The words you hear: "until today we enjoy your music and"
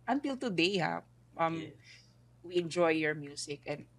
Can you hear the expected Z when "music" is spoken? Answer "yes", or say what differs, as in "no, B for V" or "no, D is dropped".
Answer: no, S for Z